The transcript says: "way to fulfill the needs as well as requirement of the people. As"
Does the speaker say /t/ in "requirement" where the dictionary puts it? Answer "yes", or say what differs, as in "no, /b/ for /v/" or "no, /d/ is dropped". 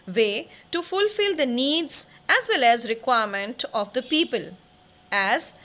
yes